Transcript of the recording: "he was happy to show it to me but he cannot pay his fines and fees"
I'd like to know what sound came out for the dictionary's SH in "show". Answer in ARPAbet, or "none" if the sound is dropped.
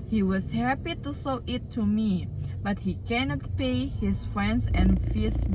S